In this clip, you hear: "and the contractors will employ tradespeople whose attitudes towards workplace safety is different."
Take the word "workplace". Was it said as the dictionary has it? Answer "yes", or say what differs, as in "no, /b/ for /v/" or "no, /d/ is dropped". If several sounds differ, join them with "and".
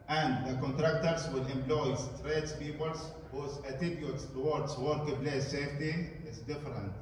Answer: no, /b/ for /p/